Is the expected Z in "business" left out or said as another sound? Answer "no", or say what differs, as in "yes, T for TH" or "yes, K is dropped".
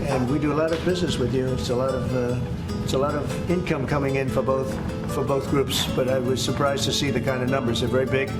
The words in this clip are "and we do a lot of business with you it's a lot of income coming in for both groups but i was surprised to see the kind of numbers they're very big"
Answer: no